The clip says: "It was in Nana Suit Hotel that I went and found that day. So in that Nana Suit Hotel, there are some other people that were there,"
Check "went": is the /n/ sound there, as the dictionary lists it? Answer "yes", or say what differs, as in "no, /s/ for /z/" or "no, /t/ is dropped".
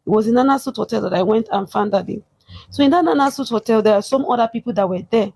yes